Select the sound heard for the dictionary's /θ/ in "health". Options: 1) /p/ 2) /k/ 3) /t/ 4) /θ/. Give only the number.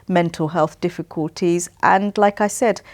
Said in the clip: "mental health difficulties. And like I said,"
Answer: 4